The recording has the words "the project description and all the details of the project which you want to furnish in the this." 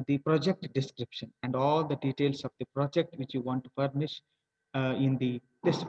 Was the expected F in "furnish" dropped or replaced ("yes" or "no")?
yes